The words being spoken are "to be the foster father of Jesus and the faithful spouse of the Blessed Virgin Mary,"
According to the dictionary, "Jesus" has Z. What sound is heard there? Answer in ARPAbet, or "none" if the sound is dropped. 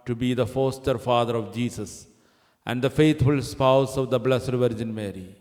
S